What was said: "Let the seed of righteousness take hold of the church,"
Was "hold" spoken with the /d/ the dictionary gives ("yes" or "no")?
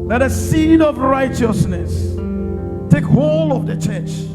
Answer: no